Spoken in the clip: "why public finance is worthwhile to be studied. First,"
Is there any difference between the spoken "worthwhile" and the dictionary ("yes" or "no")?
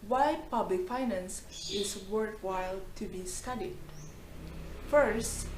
yes